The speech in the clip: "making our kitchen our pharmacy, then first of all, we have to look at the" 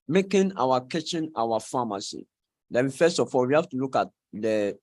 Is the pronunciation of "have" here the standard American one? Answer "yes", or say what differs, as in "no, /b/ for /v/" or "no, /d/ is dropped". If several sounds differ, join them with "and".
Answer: no, /f/ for /v/